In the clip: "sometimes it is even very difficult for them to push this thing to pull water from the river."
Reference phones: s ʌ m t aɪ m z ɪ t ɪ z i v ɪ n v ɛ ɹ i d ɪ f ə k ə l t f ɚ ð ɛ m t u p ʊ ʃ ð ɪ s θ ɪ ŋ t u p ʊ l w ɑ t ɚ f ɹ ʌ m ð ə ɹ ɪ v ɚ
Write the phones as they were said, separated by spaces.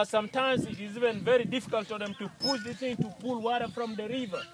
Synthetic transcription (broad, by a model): s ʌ m t aɪ m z ɪ t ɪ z i v ɪ n v ɛ ɹ i d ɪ f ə k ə l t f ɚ ð ɛ m t u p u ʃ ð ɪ θ ɪ ŋ t u p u l w ɑ t ɚ f ɹ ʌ m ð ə ɹ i v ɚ